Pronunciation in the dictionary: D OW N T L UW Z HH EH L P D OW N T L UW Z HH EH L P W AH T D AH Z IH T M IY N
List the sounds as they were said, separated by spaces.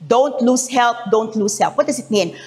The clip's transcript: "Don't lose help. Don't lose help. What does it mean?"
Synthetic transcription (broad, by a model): D OW N T L UW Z HH EH L P D OW N T L UW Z HH EH L P W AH T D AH S IH T M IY N